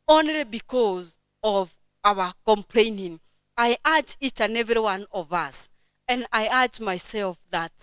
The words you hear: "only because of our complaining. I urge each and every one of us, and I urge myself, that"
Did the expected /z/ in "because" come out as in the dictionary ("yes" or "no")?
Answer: yes